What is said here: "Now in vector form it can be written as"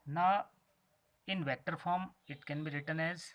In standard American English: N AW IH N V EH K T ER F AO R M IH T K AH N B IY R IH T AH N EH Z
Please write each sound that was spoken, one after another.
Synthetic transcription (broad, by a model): N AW IH N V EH T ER F AO R M IH T K AH N B IY R IH T AH N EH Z